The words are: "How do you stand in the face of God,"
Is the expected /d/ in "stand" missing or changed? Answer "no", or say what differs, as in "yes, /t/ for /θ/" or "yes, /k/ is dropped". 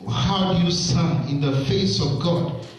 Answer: yes, /d/ is dropped